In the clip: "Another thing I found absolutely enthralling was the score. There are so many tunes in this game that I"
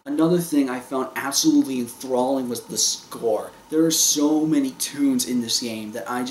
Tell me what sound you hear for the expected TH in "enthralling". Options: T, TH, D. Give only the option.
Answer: TH